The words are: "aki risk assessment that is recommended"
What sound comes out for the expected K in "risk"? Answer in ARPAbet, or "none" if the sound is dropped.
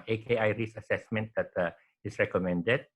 none